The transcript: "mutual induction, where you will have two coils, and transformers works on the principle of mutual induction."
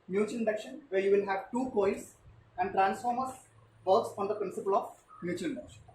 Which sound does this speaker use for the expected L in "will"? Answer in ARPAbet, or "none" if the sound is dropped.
N